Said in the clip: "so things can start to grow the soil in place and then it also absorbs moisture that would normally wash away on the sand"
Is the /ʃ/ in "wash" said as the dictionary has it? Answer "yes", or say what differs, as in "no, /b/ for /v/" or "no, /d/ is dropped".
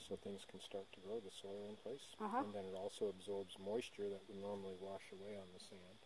yes